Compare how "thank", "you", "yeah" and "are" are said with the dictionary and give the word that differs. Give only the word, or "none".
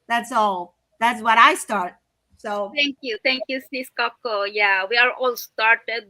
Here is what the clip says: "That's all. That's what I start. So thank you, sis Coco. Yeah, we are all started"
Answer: thank